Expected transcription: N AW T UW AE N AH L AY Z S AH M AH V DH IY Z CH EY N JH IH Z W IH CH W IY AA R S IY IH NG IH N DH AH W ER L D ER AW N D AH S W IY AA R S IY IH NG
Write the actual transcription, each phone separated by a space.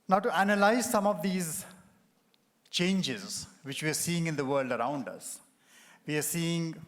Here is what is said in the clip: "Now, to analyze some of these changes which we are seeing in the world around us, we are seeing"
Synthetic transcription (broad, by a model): N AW T UW AE N AH L AY Z S AH M AH V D IY Z CH EY N JH IH Z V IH CH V IY AA R S IY IH NG IH N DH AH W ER L D ER AW N D AH S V IY AA R S IY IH NG